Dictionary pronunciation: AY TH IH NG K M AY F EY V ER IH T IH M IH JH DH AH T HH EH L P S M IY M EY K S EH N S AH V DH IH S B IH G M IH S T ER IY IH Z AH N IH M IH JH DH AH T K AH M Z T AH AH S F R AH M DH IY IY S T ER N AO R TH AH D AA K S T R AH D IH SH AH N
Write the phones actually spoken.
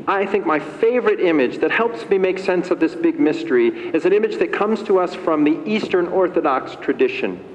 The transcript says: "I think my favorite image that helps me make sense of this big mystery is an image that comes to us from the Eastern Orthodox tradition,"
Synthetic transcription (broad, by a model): AY TH IH NG K M AY F EY V ER IH T IH M IH JH DH AH T HH EH L P S M IY M EY K S EH N S AH V DH IH S B IH G M IH S T ER IY IH Z AH N IH M IH JH DH AH T K AH M Z T AH AH S F R AH M DH IY IY S T ER N AO R TH AH D AA K S T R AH D IH SH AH N